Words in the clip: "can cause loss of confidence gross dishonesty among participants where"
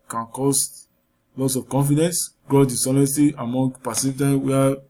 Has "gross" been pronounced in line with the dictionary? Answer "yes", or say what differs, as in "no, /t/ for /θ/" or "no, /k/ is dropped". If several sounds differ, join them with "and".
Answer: no, /s/ is dropped